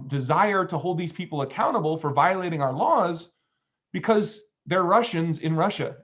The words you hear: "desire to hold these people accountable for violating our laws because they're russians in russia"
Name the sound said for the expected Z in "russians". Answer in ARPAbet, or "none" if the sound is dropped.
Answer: Z